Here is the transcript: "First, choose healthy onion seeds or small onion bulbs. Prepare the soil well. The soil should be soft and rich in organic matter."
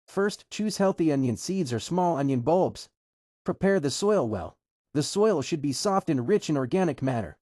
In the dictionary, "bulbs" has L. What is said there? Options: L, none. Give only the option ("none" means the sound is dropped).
L